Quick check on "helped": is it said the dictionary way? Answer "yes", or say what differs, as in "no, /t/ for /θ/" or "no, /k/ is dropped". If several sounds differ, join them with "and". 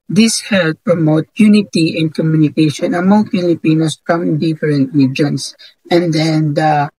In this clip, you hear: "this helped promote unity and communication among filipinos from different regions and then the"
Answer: no, /p/ is dropped